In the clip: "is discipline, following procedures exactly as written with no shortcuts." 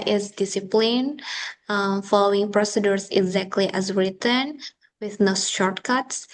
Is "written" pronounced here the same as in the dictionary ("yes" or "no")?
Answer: yes